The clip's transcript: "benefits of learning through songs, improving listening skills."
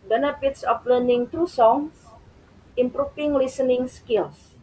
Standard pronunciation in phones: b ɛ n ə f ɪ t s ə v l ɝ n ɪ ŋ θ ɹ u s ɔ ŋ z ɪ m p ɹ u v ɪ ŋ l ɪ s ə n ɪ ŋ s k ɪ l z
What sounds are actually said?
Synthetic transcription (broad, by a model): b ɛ n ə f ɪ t s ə f l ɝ n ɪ ŋ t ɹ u s ɔ ŋ s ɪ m p ɹ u f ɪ ŋ l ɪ s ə n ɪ ŋ s k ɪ l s